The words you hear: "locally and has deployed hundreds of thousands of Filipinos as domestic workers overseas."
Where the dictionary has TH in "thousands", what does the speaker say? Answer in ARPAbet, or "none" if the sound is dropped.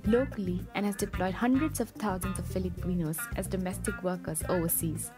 T